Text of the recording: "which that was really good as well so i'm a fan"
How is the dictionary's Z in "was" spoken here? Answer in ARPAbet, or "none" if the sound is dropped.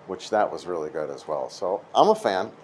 Z